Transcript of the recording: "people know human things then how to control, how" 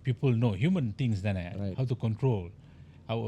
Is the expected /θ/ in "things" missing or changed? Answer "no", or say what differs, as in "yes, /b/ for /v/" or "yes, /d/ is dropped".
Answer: yes, /t/ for /θ/